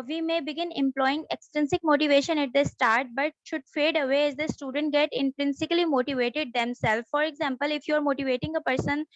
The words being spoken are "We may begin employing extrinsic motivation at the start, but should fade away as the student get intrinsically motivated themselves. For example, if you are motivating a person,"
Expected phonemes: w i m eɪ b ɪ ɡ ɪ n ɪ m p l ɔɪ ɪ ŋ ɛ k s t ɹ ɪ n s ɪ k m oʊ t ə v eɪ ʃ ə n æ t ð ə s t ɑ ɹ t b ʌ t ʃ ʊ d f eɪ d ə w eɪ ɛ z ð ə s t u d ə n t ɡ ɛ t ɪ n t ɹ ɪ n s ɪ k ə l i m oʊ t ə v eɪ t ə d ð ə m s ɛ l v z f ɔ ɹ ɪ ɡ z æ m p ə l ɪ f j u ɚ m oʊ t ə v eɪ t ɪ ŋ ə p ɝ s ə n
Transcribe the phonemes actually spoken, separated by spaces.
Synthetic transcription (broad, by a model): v i m eɪ b ɪ ɡ ɪ n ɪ m p l ɔɪ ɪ ŋ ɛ k s t ɪ n s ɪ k m oʊ t ə v eɪ ʃ ə n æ t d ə s t ɑ ɹ t b ʌ t ʃ ʊ d f eɪ d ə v eɪ ɛ z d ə s t u d ə n t ɡ ɛ t ɪ n t ɹ ɪ n s ɪ k ə l i m oʊ t ə v eɪ t ə d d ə m s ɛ l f f ɔ ɹ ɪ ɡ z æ m p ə l ɪ f j u ɚ m oʊ t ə v eɪ t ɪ ŋ ə p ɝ s ə n